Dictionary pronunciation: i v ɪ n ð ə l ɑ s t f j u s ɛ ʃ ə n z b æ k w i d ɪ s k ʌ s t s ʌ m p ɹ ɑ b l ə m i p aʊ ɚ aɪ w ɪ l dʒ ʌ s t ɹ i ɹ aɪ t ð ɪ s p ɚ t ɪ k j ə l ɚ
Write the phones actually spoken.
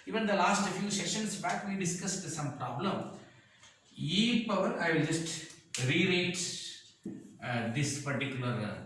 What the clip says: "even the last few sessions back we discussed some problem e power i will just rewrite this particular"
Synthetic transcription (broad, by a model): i v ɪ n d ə l ɑ s t f j u s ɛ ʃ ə n s b æ k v i d ɪ s k ʌ s t s ʌ m p ɹ ɑ b l ə m i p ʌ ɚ aɪ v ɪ l dʒ ʌ s t ɹ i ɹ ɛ t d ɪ s p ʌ t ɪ k j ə l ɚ